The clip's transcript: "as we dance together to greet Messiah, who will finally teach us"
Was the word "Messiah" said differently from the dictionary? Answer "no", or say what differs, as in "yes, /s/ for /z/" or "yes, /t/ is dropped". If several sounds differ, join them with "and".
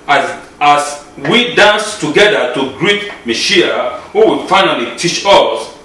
yes, /ʃ/ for /s/